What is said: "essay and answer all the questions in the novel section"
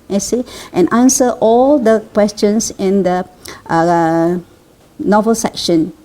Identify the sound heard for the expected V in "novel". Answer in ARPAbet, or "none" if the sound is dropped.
V